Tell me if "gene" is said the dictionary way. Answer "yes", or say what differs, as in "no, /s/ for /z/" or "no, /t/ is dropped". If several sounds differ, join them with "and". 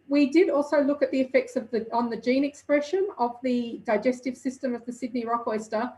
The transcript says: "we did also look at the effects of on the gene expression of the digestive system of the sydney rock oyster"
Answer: yes